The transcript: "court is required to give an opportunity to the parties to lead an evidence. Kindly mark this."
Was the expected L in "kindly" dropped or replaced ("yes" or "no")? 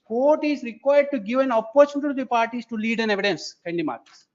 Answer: yes